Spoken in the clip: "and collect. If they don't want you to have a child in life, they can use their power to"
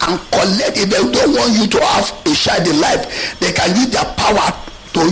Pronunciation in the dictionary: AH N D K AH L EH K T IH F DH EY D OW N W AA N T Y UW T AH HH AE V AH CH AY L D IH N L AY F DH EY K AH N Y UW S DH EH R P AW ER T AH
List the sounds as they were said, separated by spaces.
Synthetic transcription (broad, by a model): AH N K AH L EH K T IH F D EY D OW N W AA N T Y UW T AH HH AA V AH SH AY D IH L AY F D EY K AH N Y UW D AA P AW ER T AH